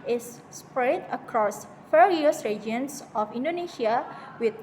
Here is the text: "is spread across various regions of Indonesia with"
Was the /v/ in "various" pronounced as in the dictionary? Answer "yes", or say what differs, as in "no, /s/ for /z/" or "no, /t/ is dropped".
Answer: no, /f/ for /v/